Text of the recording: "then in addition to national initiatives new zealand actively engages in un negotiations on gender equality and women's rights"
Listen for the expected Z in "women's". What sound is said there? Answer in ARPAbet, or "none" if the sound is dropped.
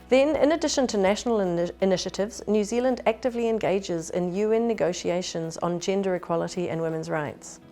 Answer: Z